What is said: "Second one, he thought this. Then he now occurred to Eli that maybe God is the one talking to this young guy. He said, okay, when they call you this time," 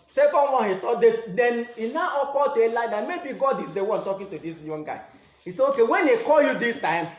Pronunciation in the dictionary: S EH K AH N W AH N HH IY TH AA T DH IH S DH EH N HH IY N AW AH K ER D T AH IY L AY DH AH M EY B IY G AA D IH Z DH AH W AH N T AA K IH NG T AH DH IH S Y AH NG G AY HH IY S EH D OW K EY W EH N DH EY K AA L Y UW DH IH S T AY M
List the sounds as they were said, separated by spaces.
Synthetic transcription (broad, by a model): S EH K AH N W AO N HH IY T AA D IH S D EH N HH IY N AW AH K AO T AH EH L AY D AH M EY B IY G AA D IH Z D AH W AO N T AA K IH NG T AH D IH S Y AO NG G AY HH IY S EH OW K EY W EH N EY K AA L Y UW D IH S T AY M